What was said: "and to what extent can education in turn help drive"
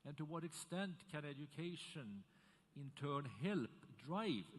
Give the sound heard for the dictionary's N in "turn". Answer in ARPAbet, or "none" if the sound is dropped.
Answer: N